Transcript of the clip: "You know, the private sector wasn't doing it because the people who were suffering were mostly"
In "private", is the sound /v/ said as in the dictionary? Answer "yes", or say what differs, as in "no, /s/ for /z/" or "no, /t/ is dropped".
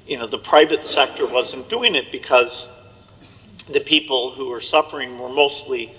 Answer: yes